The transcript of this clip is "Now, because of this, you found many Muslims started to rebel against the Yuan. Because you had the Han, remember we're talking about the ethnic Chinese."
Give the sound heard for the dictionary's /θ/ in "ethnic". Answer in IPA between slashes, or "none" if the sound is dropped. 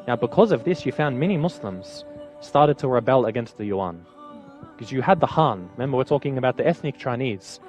/θ/